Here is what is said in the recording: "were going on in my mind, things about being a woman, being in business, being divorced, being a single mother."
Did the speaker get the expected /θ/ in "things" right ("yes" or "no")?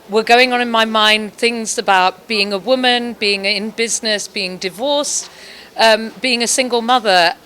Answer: yes